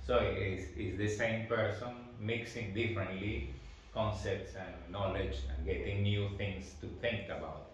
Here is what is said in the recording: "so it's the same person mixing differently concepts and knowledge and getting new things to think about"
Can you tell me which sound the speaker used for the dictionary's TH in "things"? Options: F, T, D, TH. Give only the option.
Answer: T